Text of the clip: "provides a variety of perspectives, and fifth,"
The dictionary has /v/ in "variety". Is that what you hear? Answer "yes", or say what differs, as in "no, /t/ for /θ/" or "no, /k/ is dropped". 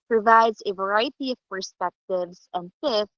yes